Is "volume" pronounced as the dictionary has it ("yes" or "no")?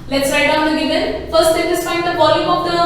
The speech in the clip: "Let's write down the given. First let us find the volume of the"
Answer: no